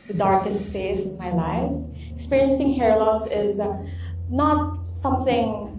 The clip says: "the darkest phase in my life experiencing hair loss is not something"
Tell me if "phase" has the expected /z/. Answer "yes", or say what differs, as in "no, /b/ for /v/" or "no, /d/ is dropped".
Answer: no, /s/ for /z/